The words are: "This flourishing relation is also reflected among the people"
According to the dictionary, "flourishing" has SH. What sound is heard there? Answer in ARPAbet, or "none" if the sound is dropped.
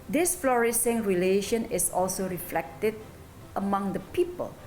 S